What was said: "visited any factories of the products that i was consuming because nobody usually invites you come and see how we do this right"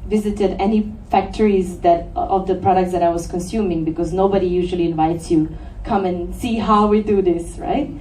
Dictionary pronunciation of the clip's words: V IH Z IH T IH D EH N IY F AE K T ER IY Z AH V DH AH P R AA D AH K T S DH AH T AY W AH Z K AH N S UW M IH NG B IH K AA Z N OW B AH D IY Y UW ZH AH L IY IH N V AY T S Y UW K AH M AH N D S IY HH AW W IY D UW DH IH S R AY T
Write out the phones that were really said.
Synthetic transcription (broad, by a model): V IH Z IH T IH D EH N IY F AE K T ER IY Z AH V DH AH P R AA D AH K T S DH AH T AY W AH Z K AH N S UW M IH NG B IH K AA Z N OW B AH D IY Y UW ZH AH L IY IH N V AY T S Y UW K AH M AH N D S IY HH AW W IY D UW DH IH S R AY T